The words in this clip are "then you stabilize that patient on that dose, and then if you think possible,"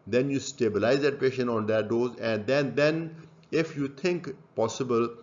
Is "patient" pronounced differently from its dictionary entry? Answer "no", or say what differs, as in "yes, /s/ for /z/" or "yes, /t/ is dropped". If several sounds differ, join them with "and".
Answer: yes, /t/ is dropped